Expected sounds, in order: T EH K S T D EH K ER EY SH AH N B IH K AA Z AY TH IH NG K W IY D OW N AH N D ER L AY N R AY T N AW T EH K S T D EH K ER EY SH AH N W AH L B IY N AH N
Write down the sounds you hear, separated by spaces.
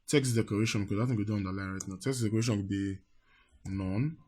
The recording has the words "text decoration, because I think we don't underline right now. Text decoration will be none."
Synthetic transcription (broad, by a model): T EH K S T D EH K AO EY SH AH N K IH AA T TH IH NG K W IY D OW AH N D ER L AY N R AY T N AW T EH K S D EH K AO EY SH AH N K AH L B IY N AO N